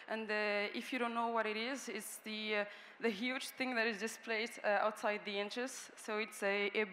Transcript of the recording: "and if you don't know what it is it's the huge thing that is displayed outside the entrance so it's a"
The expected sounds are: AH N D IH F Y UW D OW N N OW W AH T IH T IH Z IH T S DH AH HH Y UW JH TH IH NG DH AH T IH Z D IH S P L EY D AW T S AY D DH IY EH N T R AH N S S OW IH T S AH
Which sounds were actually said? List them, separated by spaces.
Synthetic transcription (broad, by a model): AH N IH IH F Y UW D OW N N OW W AH T IH T IH Z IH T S DH AH HH Y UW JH TH IH NG DH AH T IH Z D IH S P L EY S AW T S AY D DH IY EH N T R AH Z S S OW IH T S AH